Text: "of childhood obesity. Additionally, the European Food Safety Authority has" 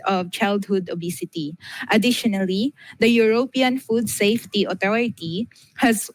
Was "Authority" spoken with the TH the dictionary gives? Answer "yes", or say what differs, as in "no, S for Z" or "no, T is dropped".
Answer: no, T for TH